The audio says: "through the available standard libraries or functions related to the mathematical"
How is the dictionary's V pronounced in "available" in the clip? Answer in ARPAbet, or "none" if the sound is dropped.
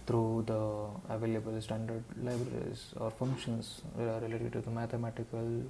V